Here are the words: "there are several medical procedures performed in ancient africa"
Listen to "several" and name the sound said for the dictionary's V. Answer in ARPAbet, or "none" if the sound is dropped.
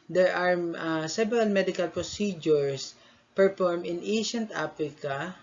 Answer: B